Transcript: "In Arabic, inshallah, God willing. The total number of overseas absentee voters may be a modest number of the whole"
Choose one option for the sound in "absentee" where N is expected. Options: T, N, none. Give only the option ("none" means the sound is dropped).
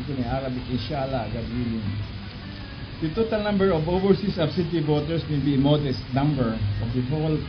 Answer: none